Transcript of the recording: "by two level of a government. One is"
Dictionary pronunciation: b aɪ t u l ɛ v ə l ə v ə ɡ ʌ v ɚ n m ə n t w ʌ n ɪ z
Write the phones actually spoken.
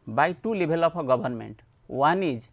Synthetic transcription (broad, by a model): b aɪ t u l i b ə l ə p ə ɡ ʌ b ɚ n m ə n t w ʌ n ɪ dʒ